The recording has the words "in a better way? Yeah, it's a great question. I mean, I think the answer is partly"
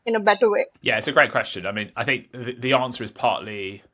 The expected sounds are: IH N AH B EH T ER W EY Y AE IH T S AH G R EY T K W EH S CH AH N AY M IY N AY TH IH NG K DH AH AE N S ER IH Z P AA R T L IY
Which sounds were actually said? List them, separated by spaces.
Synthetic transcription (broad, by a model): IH N AH B EH T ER W EY Y AE IH T S AH G R EY T K W EH S CH AH N AY M IY N AY TH IH NG K DH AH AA N S ER IH Z P AA T L IY